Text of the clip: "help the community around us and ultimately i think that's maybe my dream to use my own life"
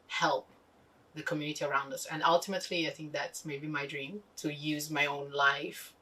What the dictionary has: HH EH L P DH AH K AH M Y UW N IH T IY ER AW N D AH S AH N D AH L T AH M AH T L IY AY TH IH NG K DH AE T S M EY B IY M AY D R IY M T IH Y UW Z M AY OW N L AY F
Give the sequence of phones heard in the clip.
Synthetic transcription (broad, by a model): HH EH L P DH AH K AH M Y UW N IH T IY ER AW N D AH S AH N AH L T AH M AH T L IY AY TH IH NG K DH AE T S M EY B IY M AY D R IY M T IH Y UW Z M AY OW N L AY F